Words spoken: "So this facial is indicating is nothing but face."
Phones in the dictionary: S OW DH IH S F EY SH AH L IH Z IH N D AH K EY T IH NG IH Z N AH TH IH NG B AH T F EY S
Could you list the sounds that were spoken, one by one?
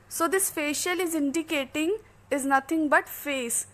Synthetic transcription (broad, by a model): S OW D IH S F EY SH AH L IH Z IH N D AH K EY T IH NG IH Z N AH T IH NG B AH T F EY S